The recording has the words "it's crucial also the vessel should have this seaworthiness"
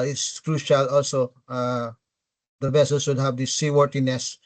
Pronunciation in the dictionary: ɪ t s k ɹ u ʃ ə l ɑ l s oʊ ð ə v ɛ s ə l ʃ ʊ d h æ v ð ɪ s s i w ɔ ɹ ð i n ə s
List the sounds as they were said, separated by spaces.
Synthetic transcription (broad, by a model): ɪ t s k ɹ u ʃ ə l ɑ l s oʊ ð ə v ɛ s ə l s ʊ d h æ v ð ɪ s s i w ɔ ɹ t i n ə s